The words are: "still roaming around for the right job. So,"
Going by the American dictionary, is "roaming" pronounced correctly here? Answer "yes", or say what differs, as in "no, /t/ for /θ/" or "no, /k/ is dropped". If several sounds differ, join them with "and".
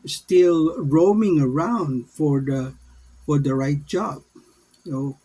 yes